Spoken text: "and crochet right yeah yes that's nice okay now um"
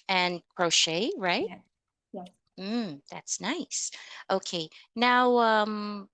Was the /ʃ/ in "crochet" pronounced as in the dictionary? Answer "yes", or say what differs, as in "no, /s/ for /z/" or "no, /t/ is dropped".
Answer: yes